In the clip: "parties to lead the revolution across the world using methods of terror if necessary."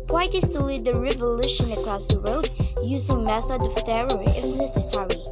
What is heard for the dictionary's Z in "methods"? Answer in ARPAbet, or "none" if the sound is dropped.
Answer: none